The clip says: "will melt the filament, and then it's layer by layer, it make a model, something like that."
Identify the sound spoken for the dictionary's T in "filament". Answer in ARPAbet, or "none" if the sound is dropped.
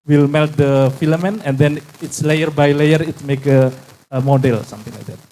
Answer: none